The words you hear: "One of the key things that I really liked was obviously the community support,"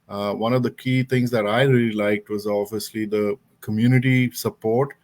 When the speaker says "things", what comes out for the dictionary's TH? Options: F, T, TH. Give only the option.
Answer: T